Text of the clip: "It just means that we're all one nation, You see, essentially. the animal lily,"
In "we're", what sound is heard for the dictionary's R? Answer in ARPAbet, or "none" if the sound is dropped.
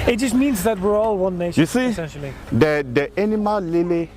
R